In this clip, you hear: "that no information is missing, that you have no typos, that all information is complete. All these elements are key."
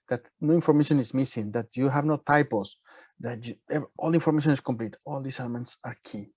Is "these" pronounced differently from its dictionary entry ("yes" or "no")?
yes